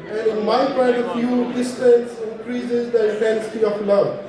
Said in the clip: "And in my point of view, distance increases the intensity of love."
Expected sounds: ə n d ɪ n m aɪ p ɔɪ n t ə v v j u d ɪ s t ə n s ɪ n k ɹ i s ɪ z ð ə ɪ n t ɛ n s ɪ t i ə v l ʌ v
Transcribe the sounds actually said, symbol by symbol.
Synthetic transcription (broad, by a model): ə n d ɪ n m aɪ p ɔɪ t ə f j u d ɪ s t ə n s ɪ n k ɹ i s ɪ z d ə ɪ t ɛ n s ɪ t i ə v l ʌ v